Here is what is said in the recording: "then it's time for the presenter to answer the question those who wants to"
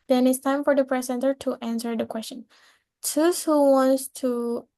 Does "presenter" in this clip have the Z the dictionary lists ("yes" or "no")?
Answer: no